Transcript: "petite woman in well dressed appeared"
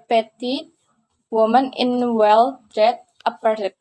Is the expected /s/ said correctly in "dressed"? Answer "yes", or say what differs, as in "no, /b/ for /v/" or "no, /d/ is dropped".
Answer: no, /s/ is dropped